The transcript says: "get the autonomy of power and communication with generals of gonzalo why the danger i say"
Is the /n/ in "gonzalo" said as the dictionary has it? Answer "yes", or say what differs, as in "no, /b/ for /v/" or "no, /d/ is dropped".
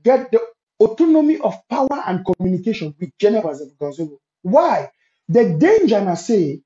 no, /n/ is dropped